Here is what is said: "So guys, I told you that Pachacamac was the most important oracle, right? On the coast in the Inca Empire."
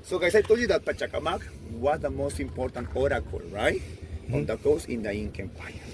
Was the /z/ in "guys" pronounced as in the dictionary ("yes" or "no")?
no